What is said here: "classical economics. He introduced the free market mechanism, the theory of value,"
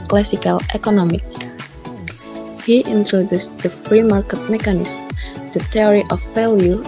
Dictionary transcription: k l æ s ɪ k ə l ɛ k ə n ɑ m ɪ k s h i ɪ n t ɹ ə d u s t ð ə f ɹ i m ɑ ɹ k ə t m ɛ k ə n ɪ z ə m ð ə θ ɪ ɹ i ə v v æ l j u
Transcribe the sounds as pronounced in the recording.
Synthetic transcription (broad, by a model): k l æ s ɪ k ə l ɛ k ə n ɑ m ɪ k h i ɪ n t ɹ ə d u s t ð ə f ɹ i m ɑ ɹ k ə t m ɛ k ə n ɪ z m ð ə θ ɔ ɹ i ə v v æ l j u